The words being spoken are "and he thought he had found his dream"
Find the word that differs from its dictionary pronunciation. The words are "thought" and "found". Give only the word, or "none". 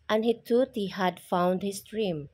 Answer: thought